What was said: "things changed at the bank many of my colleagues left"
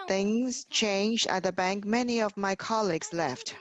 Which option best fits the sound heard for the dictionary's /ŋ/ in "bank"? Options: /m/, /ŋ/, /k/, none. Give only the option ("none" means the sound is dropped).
/ŋ/